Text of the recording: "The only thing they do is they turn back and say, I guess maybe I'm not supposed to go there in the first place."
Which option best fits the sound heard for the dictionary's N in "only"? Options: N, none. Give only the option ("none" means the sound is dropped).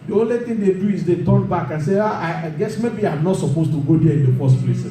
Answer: N